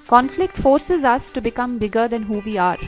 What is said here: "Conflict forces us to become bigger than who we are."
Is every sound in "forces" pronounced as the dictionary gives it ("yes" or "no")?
yes